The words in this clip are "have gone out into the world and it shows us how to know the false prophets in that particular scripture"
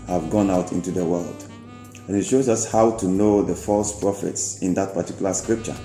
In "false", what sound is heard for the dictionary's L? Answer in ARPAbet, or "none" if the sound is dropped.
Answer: L